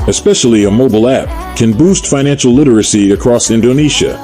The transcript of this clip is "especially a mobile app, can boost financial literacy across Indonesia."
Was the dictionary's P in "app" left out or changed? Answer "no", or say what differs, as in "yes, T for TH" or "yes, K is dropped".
no